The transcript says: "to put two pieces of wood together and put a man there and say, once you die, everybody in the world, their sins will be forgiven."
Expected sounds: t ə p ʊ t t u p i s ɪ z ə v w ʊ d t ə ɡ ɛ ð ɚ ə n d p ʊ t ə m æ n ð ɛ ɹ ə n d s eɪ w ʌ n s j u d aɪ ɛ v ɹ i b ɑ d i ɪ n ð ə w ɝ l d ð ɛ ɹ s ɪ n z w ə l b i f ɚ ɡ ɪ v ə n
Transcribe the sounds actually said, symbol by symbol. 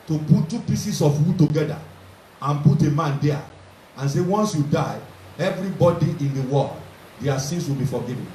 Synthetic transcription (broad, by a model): t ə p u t t u p i s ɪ s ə f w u t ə ɡ ɛ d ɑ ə n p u t ə m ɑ n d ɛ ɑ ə n s eɪ w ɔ n s j u d aɪ ɛ v ɹ i b ɑ d i ɪ n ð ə w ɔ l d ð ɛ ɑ s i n s w ə l b i f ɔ ɡ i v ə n